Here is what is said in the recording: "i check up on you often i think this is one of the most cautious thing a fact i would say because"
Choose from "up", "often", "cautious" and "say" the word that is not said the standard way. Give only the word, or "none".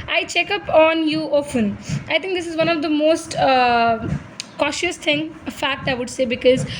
none